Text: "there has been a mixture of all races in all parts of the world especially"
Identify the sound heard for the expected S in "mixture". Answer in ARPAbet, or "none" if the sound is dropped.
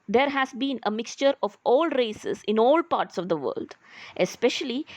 S